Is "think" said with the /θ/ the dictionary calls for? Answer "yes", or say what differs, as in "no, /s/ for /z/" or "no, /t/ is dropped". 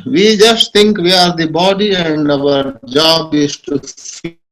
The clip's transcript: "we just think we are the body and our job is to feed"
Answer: no, /t/ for /θ/